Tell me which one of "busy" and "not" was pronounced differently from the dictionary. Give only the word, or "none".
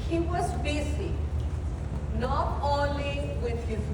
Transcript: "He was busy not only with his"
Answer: busy